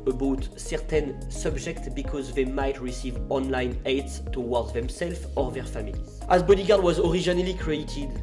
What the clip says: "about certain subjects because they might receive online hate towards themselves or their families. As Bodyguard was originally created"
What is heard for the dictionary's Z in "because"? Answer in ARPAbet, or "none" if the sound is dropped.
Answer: Z